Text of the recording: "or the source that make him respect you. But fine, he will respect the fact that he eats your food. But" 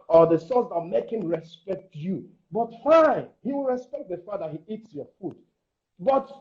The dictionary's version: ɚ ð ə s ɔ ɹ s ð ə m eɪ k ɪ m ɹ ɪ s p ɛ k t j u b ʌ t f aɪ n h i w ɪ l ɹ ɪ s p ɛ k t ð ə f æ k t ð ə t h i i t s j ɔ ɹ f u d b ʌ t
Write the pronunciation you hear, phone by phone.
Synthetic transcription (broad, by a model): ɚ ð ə s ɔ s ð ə m eɪ k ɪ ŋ ɹ ɪ s p ɛ k t j u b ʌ t f aɪ n h i w ɪ l ɹ ɪ s p ɛ k t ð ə f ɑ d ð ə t h i i t s j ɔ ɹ f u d b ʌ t